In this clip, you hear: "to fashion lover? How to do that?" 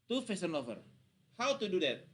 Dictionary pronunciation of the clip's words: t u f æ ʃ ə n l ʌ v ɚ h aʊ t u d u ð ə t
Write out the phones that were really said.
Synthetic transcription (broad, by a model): t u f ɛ s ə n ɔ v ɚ h aʊ t u d u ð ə t